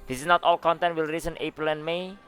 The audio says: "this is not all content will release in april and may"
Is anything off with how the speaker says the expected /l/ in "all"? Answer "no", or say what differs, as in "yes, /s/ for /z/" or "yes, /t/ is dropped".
no